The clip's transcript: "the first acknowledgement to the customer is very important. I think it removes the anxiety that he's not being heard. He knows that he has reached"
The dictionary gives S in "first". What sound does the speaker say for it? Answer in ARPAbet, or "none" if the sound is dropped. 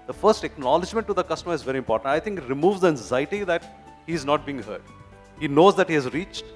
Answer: S